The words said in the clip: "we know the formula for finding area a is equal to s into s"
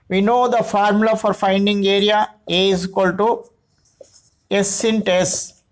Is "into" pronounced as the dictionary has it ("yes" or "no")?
yes